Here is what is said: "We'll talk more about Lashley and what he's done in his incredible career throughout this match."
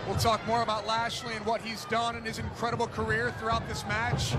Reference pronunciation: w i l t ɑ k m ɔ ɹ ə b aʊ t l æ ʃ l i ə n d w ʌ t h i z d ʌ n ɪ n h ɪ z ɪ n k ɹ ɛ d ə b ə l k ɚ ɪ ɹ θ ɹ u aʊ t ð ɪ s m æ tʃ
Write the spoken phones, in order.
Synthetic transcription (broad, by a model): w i l t ɑ k m ɔ ɹ ə b aʊ t l æ ʃ l i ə n w ʌ t h i z d ʌ n ɪ n ɪ z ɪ n k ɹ ɛ d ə b l k ɚ ɪ ɹ θ ɹ u aʊ t ð ɪ s m æ tʃ